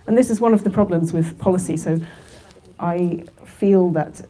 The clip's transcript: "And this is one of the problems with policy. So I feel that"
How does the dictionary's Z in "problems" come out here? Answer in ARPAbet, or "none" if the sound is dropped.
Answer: Z